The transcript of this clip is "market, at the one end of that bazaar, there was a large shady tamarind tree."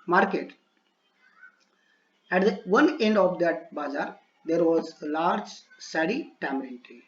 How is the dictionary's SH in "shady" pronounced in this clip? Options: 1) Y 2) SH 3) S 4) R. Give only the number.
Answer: 3